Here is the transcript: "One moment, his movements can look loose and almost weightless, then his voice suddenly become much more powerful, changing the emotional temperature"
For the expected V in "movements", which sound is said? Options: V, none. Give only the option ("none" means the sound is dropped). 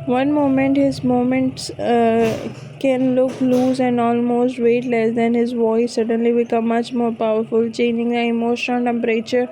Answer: none